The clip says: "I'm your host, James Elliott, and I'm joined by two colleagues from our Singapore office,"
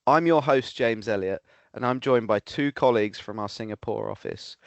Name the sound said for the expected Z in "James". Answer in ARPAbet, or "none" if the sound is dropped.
Z